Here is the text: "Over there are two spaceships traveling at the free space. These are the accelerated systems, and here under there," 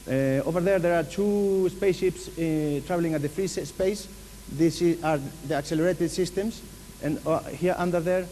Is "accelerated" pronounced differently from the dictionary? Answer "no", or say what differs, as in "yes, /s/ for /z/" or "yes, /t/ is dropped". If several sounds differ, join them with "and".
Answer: no